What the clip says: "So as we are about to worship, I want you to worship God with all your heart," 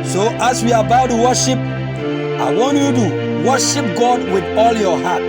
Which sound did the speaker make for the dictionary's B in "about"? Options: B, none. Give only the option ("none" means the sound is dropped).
none